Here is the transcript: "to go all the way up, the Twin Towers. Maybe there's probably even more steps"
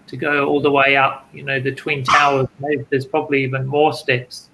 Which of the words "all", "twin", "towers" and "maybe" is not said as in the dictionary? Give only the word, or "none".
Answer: maybe